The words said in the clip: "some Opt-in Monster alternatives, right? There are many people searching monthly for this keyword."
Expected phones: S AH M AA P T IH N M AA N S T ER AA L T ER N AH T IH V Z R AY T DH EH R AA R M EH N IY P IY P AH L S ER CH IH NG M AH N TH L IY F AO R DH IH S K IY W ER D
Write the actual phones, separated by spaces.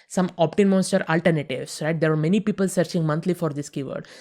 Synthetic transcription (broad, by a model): S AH M AA P T IH N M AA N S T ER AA L T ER N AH T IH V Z R AY T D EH R AA R M EH N IY P IY P AH L S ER CH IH NG M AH N T L IY F AO R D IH S K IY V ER D